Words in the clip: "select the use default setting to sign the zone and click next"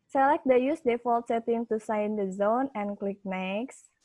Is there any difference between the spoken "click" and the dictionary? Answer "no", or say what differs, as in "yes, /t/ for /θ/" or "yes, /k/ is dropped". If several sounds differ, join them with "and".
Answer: no